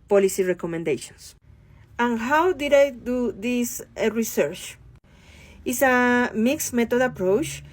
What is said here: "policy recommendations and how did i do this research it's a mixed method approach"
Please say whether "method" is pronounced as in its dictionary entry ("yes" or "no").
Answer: no